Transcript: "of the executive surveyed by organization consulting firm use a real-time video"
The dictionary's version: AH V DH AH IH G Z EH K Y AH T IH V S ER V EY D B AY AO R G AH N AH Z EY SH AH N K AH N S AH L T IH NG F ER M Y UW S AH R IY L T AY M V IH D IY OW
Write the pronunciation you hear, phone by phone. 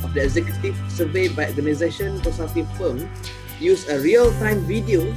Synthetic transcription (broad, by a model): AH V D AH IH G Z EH K Y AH T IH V S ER V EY B AY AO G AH N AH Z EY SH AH N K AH S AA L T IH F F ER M Y UW S AH R IY L T AY M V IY D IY OW